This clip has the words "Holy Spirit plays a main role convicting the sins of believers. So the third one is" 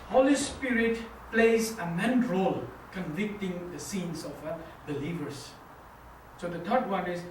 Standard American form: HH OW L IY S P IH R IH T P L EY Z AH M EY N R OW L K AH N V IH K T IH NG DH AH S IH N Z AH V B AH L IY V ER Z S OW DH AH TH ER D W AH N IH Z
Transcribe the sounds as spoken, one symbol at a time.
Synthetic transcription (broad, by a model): HH OW L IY S P IH R IH T P L EY Z AH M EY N R OW L K AH N V IH K T IH NG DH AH S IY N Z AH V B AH L IY V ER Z S OW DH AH T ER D W AH N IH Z